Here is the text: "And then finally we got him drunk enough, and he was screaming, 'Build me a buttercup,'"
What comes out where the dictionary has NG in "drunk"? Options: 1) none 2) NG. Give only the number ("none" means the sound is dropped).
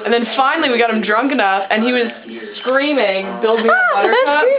2